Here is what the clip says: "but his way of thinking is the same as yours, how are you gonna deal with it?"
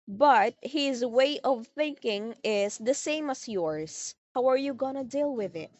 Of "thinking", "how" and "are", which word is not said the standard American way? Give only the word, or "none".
none